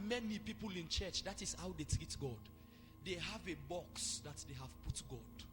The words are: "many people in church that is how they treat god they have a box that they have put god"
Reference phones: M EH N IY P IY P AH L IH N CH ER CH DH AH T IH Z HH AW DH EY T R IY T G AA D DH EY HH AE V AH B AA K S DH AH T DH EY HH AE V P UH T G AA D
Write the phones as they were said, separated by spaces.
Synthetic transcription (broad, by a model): M EH N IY P IY P AH L IH N CH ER CH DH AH T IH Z HH AW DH EY T R IY T G AA D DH EY HH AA V AH B AA K S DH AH T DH EY HH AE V P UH T G AA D